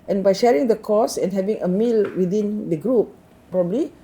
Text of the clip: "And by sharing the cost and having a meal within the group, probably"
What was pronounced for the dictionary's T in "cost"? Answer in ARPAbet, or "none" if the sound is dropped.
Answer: none